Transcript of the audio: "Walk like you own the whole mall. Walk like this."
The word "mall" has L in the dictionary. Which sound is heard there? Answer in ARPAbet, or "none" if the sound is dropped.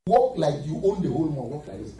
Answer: N